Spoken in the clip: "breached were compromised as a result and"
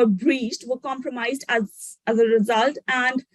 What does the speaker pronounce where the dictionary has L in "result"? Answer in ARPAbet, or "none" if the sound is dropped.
L